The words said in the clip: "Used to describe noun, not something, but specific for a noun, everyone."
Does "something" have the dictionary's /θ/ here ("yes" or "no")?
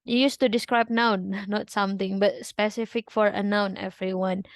no